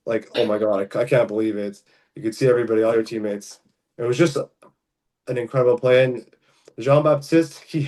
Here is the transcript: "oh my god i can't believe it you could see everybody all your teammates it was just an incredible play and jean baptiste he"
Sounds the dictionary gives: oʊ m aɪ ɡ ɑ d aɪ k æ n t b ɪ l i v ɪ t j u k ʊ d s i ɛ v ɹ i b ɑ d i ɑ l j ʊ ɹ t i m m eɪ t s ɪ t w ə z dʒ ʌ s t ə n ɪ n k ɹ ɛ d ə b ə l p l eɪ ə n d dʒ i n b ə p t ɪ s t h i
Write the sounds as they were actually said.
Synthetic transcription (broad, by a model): oʊ m aɪ ɡ ɑ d aɪ k æ n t b ɪ l i v ɪ t j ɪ k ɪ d s i ɛ v ɹ i b ɑ d i ɑ l j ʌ ɹ t i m m eɪ t s ɪ t w ə z dʒ ʌ s t ə n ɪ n k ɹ ɛ d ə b l p l eɪ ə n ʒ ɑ n b ə p t ɪ s t h i